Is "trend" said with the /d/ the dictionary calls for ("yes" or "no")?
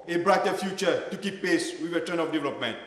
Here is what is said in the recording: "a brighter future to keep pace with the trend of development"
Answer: no